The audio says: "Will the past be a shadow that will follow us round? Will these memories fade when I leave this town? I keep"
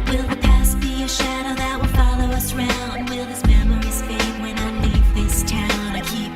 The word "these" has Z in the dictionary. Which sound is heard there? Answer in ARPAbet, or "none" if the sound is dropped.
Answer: S